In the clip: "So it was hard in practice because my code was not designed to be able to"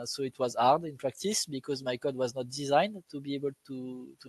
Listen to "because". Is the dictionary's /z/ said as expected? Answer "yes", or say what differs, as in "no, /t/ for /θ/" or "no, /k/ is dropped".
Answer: yes